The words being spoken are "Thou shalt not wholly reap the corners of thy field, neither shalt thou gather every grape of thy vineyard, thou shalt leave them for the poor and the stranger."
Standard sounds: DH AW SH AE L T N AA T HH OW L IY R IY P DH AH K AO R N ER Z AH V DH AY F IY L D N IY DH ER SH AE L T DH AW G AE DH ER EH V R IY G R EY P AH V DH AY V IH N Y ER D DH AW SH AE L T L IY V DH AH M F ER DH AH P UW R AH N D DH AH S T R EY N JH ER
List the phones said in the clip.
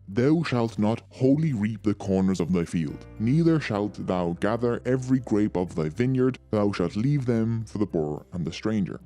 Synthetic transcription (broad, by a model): DH AW SH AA L T N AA T HH OW L IY R IY P DH AH K AO R N ER Z AH V DH AY F IY L D N IY DH ER SH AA L T DH AW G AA DH ER EH V R IY G R EY P AH V DH AY V IH N Y ER D DH AW SH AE L T L IY V DH AH M F ER DH AH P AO R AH N DH AH S T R EY N JH ER